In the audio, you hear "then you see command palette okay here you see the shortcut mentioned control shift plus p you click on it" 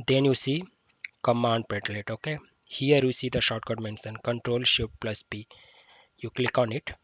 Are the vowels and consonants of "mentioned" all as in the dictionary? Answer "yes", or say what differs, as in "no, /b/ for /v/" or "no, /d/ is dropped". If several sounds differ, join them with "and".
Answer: no, /s/ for /ʃ/